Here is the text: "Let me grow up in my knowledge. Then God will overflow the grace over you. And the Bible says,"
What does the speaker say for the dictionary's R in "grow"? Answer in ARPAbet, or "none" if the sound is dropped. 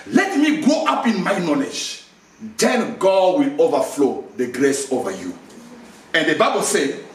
none